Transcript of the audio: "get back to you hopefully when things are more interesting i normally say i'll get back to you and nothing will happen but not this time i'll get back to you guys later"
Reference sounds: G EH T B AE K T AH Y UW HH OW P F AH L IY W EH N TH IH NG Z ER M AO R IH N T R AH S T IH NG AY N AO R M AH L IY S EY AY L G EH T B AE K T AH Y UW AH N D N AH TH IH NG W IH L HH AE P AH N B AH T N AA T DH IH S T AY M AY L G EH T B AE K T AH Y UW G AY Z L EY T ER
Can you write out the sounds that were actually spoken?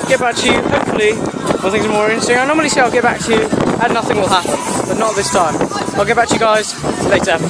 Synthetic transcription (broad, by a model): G EH T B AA K T AH Y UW HH OW P F AH L IY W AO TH IH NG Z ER M AO R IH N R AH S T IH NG AY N AO M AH L IY S EY AY L G EH T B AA K T AH Y UW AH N N AH TH IH NG W IH L HH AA P AH N B AH T N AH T DH IH S T AY M AY L G EH T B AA K T AH Y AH G AY Z L EY T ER